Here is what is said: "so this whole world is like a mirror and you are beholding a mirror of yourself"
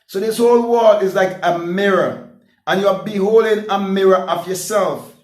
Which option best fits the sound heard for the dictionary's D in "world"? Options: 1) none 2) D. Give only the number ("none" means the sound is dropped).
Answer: 1